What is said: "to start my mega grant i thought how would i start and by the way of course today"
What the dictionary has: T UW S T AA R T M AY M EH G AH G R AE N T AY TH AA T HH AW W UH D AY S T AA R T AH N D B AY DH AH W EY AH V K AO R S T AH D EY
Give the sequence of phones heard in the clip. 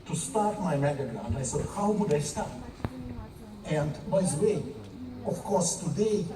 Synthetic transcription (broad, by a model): T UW S T AA R T M AY M EH G AH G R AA N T AY S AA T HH AW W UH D AY S T AA R T AH N D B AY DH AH W EY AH F K AO R S T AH D EY